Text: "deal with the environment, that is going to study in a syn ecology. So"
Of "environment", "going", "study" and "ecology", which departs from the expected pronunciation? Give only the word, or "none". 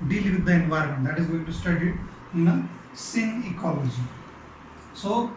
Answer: none